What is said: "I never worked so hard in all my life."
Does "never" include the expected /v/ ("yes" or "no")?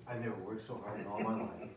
no